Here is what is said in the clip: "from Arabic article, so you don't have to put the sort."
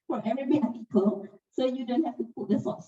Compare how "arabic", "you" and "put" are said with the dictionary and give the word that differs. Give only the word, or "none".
arabic